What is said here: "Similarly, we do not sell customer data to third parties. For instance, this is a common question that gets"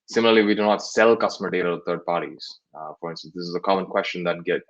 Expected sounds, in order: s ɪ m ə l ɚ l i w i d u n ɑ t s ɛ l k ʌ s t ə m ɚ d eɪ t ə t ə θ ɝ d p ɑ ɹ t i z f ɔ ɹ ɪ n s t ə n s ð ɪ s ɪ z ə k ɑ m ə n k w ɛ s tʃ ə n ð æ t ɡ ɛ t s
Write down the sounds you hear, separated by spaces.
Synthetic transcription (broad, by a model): s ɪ m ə l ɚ l i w i d u n ɑ t s ɛ l k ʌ s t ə m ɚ d eɪ t ə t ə t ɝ d p ɑ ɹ t i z f ɔ ɹ ɪ n s t ə n s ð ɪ s ɪ z ə k ɑ m ə n k w ɛ s tʃ ə n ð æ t ɡ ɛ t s